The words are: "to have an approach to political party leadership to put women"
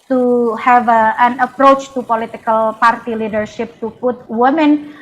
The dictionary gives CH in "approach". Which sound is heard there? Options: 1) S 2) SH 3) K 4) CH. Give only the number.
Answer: 4